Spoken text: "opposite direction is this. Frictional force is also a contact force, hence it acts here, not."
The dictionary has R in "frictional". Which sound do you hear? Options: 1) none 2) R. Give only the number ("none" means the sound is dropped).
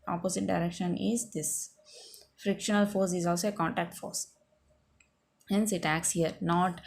2